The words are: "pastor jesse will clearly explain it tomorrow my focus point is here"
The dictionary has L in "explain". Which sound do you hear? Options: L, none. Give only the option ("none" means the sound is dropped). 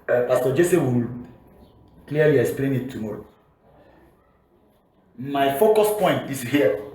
L